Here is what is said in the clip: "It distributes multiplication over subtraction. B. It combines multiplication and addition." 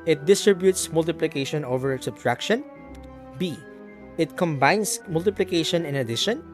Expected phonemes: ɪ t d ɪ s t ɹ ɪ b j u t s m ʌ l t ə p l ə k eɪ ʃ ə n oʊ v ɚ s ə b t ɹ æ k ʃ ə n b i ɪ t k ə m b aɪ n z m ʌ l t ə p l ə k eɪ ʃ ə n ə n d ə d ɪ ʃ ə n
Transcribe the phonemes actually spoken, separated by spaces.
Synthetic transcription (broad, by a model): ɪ t d ɪ s t ɹ ɪ b j u t s m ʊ l t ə p l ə k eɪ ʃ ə n oʊ v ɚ s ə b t ɹ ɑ k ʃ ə n b i ɪ t k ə m b aɪ n s m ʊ l t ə p l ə k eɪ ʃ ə n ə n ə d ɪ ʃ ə n